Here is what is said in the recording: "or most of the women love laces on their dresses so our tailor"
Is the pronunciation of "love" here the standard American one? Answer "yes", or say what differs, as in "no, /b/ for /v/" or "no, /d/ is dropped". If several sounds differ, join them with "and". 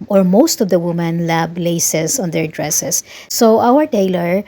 no, /b/ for /v/